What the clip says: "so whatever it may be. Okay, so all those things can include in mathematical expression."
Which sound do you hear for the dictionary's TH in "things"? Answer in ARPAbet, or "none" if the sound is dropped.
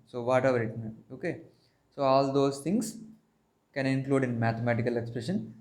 T